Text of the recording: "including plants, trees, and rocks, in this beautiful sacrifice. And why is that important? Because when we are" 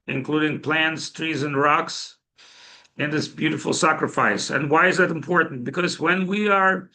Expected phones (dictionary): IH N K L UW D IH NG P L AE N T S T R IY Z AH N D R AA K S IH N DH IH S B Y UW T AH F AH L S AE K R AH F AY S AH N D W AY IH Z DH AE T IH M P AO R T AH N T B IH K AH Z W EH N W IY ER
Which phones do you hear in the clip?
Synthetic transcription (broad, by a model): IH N K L UW D IH NG P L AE N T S T R IY Z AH N R AA K S IH N DH IH S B Y UW T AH F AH L S AE K R AH F AY S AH N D W AY IH Z DH AE T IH M P AO R T N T B IH K AH Z W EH N W IY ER